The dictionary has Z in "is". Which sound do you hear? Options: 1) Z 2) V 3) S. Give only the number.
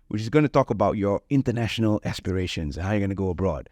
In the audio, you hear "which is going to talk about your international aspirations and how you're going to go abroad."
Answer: 1